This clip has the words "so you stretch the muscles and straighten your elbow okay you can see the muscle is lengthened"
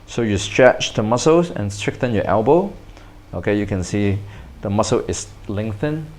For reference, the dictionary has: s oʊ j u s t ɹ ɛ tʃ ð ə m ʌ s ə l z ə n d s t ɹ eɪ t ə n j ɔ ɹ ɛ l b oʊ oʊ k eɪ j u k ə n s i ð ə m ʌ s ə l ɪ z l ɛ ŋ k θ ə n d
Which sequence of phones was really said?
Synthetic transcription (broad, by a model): s oʊ j u s t ɹ ɛ tʃ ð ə m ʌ s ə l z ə n s t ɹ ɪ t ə n j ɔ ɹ ɛ l b oʊ oʊ k eɪ j u k ə n s i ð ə m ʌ s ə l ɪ s l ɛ ŋ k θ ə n